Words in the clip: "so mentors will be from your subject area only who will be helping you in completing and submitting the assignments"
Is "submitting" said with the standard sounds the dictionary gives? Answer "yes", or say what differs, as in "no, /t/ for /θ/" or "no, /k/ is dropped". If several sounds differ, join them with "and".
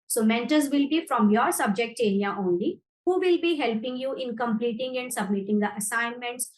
yes